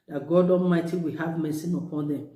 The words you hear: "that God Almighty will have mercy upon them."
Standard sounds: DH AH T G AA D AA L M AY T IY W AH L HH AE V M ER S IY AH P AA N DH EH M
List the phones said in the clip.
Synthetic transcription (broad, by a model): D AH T G AA D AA M AY T IY W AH HH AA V M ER S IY AH P AA N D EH M